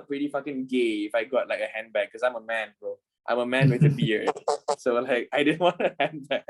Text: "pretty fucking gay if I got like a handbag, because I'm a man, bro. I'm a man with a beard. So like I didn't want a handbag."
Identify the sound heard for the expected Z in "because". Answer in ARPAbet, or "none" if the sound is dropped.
S